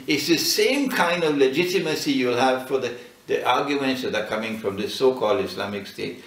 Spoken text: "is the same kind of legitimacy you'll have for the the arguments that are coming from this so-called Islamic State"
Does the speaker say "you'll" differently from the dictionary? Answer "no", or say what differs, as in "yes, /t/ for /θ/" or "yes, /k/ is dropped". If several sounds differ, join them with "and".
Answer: no